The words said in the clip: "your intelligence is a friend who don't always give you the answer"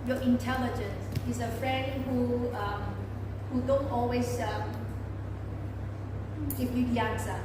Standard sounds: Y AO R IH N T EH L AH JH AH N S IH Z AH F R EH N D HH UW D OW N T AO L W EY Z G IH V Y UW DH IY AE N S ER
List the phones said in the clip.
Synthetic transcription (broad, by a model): Y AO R IH N T EH L AH JH AH N S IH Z AH F R EH N D HH UW D OW N T AO L W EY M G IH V Y UW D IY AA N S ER